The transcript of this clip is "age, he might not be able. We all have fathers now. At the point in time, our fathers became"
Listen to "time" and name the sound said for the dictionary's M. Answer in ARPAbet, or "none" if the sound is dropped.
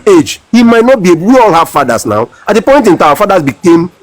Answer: none